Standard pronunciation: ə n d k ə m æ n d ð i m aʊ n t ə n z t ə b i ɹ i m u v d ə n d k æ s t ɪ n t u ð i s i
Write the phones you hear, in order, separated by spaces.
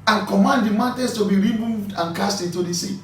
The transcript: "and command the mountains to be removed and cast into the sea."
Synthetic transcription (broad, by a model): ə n k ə m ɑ n d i m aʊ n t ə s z t ə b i ɹ i m u v d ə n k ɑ s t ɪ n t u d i s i